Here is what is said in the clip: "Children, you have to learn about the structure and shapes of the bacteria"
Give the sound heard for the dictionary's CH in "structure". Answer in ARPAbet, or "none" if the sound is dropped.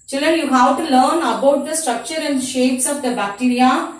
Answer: CH